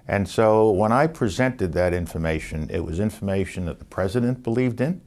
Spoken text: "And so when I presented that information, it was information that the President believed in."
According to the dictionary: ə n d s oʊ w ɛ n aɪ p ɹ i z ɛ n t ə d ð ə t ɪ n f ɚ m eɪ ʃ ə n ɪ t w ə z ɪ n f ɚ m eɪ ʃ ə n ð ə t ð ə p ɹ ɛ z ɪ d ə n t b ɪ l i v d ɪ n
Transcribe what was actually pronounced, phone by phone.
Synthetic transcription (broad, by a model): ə n s oʊ w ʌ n aɪ p ɹ i z ɛ n t ə d ð ə t ɪ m f ɚ m eɪ ʃ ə n ɪ t w ə z ɪ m f ɚ m eɪ ʃ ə n ð ə t ð ə p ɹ ɛ z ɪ d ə n b ɪ l i v d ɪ n